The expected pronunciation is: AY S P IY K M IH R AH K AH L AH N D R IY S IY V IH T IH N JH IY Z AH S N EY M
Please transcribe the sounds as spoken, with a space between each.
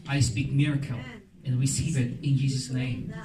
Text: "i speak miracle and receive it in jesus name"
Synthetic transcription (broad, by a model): AY S P IY K M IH R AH K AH L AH N R IY S IY V IH T IH N JH IY Z AH S N EY M